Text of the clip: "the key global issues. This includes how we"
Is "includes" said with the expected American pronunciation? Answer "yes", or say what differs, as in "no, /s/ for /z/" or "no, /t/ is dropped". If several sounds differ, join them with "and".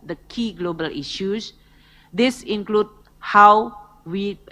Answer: no, /z/ is dropped